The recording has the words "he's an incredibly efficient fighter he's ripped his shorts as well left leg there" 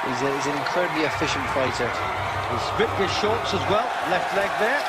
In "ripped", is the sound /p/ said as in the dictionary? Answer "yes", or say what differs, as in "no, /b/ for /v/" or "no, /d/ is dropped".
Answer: no, /p/ is dropped